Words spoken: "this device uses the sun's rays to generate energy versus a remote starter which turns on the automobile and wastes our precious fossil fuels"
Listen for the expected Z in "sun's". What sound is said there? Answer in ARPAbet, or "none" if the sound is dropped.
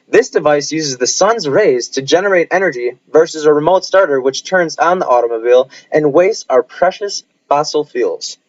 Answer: Z